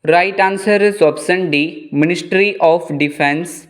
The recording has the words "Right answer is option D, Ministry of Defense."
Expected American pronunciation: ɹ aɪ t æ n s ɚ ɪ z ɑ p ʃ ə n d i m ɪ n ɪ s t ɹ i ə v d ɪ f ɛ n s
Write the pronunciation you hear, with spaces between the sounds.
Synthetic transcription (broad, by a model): ɹ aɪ t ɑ n s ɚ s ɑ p s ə n d i m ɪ n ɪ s t ɹ i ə f d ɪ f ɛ n s